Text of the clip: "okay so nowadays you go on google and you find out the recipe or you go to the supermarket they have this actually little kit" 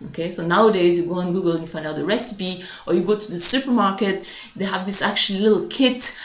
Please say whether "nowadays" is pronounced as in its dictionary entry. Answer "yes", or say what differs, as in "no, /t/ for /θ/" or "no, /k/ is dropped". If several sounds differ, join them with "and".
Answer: yes